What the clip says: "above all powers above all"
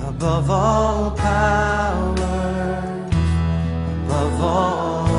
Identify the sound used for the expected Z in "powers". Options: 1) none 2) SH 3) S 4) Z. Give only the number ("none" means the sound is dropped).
1